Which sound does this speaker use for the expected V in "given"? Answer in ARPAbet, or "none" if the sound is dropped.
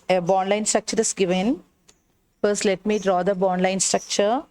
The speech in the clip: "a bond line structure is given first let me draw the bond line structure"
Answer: V